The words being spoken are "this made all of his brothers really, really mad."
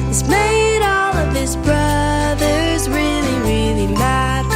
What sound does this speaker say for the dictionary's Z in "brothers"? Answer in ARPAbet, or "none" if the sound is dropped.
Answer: Z